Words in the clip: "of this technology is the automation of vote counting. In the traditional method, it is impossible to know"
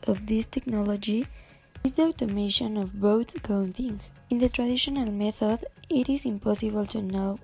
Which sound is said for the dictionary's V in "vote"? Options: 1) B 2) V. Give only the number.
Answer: 1